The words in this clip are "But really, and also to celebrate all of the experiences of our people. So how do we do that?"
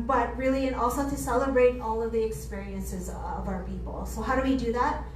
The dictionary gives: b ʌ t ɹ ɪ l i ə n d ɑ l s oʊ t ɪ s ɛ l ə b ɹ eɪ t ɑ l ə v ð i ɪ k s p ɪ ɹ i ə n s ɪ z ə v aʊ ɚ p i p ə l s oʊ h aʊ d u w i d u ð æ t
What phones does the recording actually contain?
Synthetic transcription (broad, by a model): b ʌ t ɹ ɪ l i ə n ɑ l s oʊ t ɪ s ɛ l ə b ɹ eɪ t ɑ l ə v ð i ɪ k s p ɪ ɹ i ə n s ɪ z ə v aʊ ɚ p i p l s oʊ h aʊ d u w i d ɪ ð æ t